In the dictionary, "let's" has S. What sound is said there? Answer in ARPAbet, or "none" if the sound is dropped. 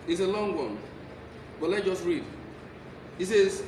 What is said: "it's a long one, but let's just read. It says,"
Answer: none